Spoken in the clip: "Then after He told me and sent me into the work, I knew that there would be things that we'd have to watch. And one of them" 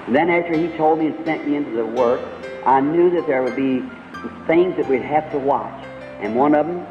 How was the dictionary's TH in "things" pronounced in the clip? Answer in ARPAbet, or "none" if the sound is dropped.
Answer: TH